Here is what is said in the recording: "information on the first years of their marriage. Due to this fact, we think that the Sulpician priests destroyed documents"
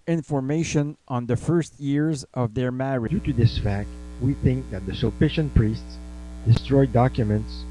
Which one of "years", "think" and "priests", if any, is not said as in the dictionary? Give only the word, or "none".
none